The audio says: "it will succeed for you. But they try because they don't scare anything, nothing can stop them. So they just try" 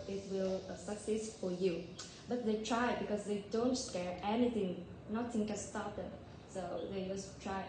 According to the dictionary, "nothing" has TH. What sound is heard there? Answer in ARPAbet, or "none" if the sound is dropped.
T